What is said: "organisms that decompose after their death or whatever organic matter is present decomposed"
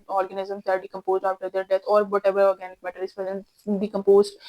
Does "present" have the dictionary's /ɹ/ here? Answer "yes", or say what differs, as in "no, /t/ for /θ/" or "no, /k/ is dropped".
no, /ɹ/ is dropped